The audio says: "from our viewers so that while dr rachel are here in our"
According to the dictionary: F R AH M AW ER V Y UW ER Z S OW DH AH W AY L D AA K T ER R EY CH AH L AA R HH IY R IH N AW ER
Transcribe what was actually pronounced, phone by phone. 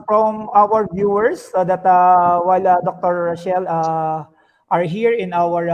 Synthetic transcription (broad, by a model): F R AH M AW ER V Y UW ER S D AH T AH W AY L D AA K T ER R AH SH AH L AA R HH IY R IH N AW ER